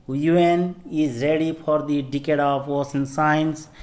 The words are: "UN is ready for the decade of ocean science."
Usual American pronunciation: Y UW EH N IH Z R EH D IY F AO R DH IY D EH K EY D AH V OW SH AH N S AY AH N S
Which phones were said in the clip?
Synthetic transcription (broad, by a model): Y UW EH N IH Z R EH D IY F AO R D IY D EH K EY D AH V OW S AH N S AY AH N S